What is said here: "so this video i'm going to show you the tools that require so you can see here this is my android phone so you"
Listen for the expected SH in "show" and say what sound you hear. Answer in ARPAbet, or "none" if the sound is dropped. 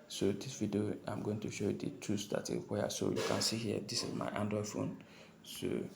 SH